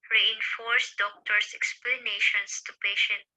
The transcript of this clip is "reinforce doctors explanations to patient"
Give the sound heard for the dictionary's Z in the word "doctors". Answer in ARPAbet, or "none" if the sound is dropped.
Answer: S